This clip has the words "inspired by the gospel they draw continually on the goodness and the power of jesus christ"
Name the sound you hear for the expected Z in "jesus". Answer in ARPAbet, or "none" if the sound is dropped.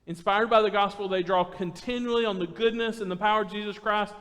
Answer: Z